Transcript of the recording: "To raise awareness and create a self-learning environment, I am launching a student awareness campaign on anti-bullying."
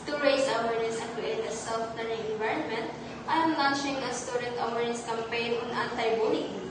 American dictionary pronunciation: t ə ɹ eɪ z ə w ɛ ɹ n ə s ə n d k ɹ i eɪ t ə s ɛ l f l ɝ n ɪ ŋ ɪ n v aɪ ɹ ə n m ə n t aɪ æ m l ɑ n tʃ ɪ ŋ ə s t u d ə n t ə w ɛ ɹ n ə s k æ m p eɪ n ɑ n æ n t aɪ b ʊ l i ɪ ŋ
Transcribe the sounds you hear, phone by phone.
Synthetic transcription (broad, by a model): t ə ɹ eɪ s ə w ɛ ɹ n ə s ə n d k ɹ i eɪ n ə s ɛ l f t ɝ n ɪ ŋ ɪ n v aɪ ɹ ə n m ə n t aɪ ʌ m l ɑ n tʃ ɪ ŋ ə s t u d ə n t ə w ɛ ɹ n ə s k æ m p eɪ n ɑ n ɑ n t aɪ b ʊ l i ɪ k